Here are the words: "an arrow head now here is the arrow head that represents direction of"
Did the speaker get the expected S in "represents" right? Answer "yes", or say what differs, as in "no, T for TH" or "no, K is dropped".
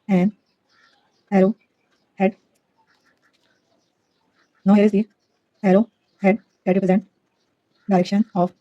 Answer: no, S is dropped